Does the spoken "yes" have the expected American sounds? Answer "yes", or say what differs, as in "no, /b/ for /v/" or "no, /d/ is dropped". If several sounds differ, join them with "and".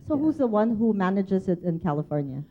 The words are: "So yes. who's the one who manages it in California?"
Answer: no, /s/ is dropped